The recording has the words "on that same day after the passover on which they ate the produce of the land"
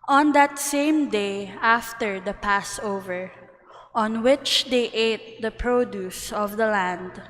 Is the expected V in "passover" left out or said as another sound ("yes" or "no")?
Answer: no